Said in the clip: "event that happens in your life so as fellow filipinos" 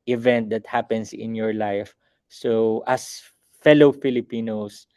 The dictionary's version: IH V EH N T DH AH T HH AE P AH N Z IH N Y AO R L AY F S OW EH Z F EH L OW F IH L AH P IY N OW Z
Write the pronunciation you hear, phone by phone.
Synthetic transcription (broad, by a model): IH V EH N T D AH T HH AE P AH N S IH N Y AO R L AY F S OW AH S F EH L OW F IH L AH P IY N OW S